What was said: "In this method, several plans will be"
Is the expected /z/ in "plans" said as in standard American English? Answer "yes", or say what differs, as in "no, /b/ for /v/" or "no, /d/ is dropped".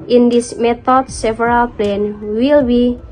no, /z/ is dropped